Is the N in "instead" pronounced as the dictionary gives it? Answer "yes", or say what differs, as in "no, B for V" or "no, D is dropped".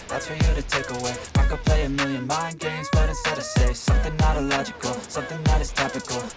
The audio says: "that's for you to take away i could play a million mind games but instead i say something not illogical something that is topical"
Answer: no, N is dropped